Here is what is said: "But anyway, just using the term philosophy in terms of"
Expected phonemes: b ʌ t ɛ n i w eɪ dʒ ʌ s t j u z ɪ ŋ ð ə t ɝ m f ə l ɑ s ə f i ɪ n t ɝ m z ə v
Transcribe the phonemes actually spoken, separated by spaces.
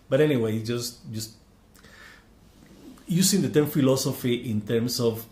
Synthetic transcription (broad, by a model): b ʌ t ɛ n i w eɪ dʒ ʌ s t j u s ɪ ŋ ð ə t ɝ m f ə l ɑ s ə f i ɪ n t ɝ m s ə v